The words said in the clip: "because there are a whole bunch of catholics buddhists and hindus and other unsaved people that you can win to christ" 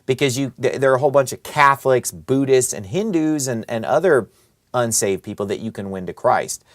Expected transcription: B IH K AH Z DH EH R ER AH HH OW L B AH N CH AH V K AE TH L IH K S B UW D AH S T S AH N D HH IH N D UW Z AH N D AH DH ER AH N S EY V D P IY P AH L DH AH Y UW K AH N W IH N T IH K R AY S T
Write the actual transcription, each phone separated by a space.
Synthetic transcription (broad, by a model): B IH K AH Z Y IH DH ER AH HH OW L B AH N CH AH V K AE TH L IH K S B UW D AH S T S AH N HH IH N D UW Z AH N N AH DH ER AH N S EY V D P IY P L DH AH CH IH K AH N W IH N T IH K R AY S T